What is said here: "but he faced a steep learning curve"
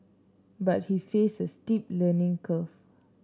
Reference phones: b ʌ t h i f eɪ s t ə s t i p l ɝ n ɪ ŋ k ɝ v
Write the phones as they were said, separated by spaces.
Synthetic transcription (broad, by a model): b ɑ t h i f eɪ s ə s t i p l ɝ n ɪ ŋ k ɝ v